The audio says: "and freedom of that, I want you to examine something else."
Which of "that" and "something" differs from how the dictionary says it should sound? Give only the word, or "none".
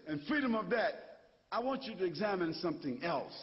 none